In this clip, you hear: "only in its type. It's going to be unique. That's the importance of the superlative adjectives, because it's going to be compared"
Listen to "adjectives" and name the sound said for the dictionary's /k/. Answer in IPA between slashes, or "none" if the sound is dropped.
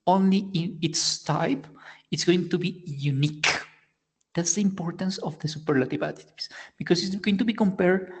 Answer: none